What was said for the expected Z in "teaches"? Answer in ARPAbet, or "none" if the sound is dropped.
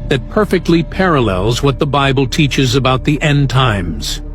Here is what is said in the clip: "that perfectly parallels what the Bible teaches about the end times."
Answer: Z